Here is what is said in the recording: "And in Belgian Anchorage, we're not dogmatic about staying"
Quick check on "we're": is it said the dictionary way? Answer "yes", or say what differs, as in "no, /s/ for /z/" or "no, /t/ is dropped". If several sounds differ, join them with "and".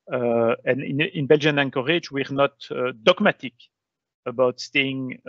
yes